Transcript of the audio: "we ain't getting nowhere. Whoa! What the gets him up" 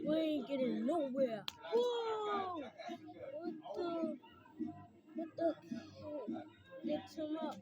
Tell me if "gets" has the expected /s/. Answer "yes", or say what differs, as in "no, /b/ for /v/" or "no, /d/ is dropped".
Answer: no, /s/ is dropped